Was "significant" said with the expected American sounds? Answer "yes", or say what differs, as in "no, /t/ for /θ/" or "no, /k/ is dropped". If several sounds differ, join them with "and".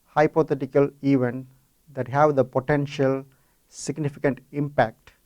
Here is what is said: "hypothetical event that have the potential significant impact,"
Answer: yes